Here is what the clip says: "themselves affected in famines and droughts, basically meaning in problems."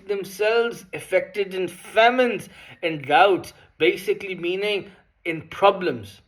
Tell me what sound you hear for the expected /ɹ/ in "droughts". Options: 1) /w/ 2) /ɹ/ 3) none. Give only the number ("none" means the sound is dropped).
3